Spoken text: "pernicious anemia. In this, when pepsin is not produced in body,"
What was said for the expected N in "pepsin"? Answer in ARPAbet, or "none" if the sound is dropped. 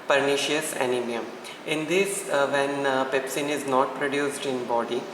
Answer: N